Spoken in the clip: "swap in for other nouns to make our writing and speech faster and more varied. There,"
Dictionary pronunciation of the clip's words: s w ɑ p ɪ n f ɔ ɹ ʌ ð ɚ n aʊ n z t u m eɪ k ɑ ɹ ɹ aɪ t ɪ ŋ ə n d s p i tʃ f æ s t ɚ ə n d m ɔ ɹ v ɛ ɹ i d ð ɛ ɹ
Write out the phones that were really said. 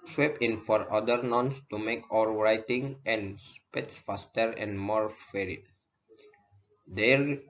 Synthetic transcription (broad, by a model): s w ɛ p ɪ n f ɔ ɹ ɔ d ɚ n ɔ n s t u m eɪ k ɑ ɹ ɹ aɪ t ɪ ŋ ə n s p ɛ s f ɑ s t ɚ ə n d m ɔ ɹ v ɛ ɹ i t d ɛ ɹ